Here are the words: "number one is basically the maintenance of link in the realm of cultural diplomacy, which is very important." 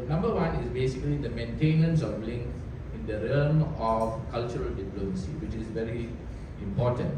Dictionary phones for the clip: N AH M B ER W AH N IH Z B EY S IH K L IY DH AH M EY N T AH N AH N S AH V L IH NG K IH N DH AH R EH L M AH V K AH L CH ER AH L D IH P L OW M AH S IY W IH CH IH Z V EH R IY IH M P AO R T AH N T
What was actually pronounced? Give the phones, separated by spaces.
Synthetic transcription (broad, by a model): N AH M B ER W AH N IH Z B EY S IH K L IY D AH M EY N T AH N AH N S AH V L IH NG K IH N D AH R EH M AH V K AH L CH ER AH L D IH P L OW M AH S IY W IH CH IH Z V EH R IY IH M P AO T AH N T